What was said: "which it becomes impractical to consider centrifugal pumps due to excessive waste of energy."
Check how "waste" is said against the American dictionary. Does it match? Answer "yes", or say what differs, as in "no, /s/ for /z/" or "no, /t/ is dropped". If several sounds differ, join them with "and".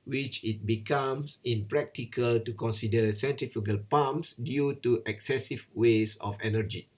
no, /t/ is dropped